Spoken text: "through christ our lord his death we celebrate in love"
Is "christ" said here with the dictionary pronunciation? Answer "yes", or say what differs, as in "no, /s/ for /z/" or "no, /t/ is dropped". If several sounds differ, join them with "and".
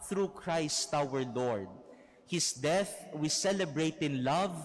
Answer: yes